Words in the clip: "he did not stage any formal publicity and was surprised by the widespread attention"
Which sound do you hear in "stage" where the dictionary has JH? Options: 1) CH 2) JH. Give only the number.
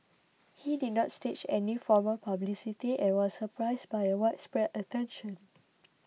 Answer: 1